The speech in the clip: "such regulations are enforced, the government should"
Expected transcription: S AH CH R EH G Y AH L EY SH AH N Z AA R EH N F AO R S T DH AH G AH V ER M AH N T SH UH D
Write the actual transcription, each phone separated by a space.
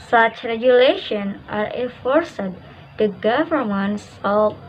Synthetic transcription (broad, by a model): S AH CH R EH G Y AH L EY SH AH N AA R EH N F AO R S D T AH G AH V ER M AH N T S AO